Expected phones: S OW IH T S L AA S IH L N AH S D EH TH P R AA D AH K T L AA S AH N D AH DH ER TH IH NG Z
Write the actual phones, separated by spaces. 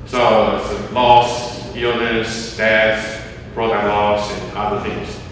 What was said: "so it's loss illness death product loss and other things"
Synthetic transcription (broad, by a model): S OW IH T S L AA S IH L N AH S D EH TH B R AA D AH L AA S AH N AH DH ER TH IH NG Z